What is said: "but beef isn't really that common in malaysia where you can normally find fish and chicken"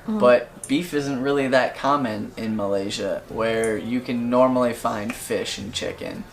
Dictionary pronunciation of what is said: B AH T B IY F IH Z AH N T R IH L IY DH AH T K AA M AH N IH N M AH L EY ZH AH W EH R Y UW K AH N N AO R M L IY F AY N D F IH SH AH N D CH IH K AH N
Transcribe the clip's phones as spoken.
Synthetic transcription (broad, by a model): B AH T B IY F IH Z AH N T R IH L IY DH AH T K AA M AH N IH N M AH L EY ZH AH W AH R Y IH K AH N N AO R M L IY F AY N D F IH SH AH N CH IH K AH N